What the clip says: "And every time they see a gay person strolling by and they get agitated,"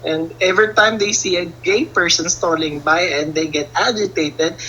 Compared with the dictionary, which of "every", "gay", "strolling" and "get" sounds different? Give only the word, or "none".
strolling